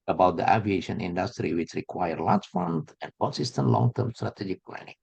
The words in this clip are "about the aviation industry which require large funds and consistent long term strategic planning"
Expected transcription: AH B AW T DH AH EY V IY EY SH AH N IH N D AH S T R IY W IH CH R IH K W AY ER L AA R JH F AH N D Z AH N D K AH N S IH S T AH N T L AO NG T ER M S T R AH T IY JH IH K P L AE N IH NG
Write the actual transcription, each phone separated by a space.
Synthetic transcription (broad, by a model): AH B AW T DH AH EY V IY EY SH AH N IH N D AH S T R IY W IH CH R IH K W AY ER L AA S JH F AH N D AH N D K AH N S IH S T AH N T L AO NG T ER M S T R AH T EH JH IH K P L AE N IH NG